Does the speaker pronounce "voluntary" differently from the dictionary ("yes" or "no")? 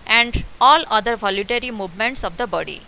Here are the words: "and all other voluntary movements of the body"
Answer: yes